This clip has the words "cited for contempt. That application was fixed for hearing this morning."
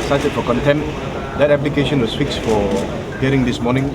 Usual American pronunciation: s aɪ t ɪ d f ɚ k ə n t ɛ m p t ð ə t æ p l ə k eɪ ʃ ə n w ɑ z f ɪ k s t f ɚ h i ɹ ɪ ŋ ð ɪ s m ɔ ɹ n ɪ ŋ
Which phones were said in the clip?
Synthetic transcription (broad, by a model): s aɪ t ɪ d f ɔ k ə n t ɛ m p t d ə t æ p l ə k eɪ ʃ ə n w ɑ s f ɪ k s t f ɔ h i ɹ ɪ ŋ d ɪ s m ɔ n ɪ ŋ